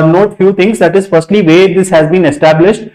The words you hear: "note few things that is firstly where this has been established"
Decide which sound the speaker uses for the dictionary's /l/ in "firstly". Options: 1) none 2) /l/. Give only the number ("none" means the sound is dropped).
2